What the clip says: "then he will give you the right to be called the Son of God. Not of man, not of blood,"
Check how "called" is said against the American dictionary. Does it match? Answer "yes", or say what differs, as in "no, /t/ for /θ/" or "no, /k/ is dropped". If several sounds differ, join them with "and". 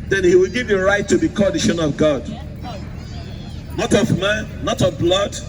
no, /l/ is dropped